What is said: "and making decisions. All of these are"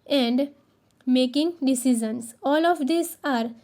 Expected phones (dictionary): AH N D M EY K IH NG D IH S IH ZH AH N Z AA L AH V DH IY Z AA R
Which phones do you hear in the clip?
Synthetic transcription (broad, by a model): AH N D M EY K IH NG D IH S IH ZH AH N S AA L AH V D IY S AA R